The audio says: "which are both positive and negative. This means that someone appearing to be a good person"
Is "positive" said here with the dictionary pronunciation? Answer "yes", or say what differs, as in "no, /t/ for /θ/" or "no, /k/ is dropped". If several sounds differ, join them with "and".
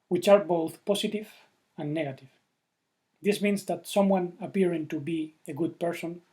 no, /s/ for /z/